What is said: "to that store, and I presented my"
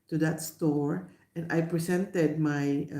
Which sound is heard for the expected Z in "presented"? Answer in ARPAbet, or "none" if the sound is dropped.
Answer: S